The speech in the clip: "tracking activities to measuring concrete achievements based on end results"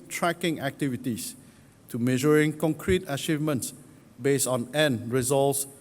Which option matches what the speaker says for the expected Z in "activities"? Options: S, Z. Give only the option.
S